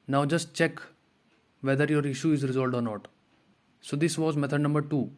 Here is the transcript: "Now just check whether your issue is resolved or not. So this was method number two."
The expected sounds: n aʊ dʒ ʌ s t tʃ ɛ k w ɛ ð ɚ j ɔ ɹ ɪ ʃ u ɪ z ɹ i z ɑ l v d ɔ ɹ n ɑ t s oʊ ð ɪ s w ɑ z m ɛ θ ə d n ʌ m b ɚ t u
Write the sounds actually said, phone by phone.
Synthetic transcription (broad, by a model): n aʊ dʒ ʌ s t tʃ ɛ k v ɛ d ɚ j ɔ ɹ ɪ ʃ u ɪ z ɹ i z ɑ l d ɔ ɹ n ɑ t s oʊ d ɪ s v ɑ z m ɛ t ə d n ʌ m b ɚ t u